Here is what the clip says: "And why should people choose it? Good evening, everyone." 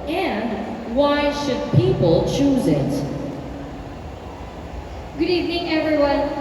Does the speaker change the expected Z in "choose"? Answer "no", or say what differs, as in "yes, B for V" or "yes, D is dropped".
no